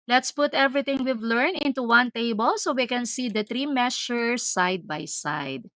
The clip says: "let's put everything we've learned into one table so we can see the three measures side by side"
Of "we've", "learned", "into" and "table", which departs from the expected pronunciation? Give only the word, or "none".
learned